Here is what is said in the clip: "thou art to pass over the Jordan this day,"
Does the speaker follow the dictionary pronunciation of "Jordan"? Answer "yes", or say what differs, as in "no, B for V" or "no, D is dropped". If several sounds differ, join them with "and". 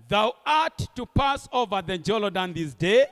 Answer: no, L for R